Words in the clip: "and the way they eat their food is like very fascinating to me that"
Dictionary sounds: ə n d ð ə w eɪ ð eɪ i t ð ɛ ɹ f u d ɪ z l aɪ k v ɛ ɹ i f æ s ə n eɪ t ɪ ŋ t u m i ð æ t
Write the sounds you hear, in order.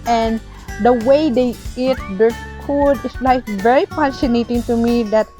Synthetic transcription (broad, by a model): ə n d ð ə w eɪ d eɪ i t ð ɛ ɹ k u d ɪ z l aɪ k v ɛ ɹ i p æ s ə n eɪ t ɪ ŋ t u m i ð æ t